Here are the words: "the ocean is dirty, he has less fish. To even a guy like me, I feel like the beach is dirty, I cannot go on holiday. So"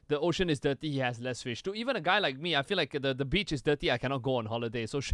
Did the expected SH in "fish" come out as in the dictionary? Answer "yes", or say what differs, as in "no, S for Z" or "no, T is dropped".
yes